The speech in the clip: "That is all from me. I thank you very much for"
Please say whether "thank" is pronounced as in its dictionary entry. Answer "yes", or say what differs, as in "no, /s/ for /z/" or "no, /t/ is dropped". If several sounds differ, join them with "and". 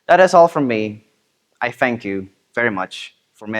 yes